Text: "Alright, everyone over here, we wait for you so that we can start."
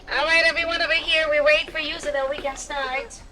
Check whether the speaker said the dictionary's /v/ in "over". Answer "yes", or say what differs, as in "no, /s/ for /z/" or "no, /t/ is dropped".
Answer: no, /b/ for /v/